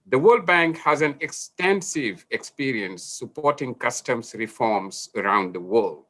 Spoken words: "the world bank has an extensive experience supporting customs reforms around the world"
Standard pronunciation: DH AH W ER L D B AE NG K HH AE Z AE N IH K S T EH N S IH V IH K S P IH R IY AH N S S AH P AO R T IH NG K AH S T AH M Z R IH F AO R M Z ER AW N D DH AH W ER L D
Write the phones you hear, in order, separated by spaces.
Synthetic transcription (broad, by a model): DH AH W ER L D B AE NG K HH AE Z AE N IH K S T EH N S IH V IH K S P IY R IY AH N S S AH P AO R T IH NG K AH S T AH M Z R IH F AO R M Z ER AW N D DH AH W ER L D